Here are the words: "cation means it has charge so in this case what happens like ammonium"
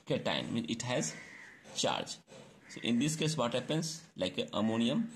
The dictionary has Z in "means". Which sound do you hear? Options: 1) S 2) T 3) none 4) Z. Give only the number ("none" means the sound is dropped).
3